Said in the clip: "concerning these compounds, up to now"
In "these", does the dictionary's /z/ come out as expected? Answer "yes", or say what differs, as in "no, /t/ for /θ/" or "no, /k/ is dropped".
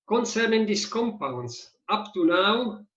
no, /s/ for /z/